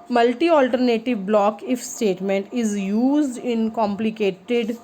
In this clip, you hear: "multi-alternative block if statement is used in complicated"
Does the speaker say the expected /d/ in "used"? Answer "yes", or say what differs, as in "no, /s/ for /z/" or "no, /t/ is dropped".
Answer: yes